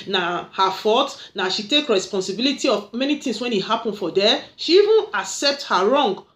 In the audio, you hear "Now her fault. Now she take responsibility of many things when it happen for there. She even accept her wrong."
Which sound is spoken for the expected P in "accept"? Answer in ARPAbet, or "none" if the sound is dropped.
P